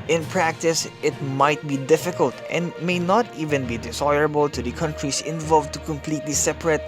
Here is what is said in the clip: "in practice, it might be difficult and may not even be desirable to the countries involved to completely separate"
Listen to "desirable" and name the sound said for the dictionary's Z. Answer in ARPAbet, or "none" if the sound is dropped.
S